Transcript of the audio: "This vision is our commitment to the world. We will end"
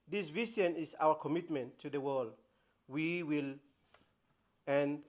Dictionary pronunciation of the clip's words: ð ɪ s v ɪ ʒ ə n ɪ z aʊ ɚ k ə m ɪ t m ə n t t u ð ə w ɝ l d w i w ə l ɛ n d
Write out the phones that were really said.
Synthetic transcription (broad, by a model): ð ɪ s v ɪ ʃ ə n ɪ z aʊ ɚ k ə m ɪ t m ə n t t u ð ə w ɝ l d w i w ə l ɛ n